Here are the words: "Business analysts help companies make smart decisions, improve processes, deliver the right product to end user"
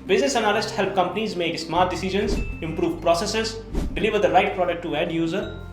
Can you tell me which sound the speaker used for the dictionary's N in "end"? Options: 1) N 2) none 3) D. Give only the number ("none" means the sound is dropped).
2